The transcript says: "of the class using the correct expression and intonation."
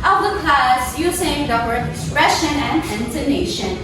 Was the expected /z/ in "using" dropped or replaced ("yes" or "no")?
yes